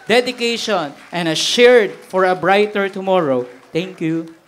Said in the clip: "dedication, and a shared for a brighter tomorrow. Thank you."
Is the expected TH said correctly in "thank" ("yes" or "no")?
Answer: no